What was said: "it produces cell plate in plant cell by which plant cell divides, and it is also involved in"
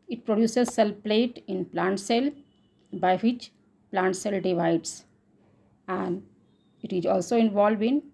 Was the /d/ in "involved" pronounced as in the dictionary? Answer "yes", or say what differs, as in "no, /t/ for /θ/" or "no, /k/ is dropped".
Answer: no, /d/ is dropped